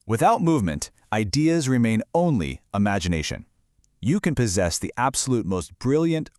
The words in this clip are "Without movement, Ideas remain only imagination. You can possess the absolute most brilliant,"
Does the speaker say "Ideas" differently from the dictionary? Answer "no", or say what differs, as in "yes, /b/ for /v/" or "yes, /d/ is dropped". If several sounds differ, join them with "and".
no